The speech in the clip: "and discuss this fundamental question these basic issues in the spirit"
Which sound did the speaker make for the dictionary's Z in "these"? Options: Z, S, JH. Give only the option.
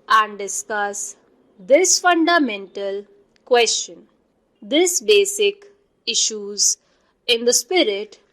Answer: S